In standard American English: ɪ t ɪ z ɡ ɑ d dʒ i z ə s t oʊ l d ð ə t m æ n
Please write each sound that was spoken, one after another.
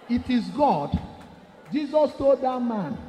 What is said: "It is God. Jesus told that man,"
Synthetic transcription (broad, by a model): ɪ t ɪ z ɡ ɑ d dʒ i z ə s t oʊ d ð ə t m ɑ n